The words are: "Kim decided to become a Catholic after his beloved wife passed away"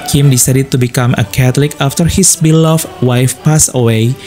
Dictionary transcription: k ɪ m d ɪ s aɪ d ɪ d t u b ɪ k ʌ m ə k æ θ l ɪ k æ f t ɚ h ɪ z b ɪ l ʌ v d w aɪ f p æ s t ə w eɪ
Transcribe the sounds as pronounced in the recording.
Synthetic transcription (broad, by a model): k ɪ m d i s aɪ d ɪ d t u b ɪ k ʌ m ə k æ t l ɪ k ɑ f t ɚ h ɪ s b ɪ l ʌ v w aɪ f p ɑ s ə w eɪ